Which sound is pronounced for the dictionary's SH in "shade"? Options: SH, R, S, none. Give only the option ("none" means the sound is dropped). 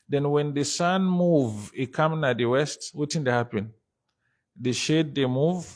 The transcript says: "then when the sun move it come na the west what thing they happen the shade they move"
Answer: SH